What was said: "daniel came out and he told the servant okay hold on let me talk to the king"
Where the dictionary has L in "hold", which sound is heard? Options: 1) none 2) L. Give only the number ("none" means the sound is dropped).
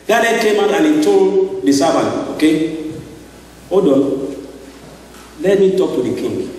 1